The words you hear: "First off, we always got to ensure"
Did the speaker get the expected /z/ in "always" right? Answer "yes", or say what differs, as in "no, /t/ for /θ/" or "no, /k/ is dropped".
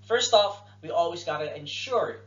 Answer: yes